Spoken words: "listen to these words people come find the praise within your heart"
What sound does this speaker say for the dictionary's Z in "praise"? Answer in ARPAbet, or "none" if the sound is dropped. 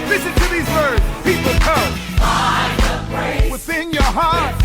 none